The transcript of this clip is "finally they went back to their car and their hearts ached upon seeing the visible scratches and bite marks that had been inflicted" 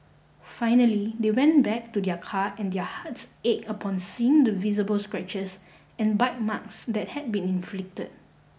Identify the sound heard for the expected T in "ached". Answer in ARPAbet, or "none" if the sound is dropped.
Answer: none